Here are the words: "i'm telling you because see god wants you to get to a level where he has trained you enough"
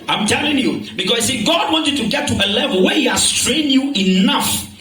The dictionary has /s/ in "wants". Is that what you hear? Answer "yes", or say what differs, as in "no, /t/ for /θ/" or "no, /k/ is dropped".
no, /s/ is dropped